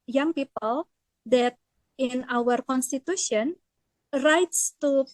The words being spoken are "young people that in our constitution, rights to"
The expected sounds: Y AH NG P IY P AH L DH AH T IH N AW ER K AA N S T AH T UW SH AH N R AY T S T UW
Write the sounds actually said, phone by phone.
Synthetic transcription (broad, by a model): Y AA NG P IY P AH L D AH T IH N AW ER K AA N S T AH T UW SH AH N R AY T S T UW